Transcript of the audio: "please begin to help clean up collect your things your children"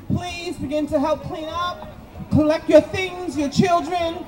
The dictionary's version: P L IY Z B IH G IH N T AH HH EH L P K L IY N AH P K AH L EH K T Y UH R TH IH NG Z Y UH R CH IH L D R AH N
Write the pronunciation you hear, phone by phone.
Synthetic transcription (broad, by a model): P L IY Z B IH G IH N T AH HH EH L P K L IY N AH P K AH L EH K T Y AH R TH IH NG Z Y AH R CH IH L D R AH N